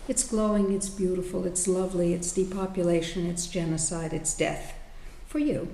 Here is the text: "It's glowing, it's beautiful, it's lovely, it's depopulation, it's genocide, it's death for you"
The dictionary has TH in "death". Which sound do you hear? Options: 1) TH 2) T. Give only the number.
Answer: 1